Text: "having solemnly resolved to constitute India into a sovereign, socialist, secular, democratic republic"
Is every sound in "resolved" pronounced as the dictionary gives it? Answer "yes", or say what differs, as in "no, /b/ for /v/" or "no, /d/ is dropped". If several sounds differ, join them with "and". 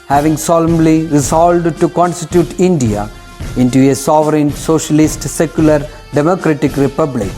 no, /v/ is dropped